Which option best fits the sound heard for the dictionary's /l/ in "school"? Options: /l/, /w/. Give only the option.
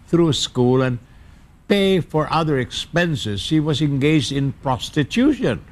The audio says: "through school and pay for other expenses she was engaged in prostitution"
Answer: /l/